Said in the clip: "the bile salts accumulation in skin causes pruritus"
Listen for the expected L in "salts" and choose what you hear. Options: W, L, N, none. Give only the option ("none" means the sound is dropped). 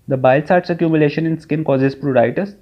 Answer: none